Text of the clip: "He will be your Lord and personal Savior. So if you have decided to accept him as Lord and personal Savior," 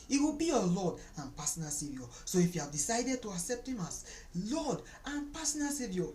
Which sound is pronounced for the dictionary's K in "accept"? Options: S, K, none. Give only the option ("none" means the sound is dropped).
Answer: K